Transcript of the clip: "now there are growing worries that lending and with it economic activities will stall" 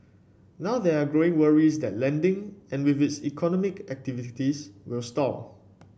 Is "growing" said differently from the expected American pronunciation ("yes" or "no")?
no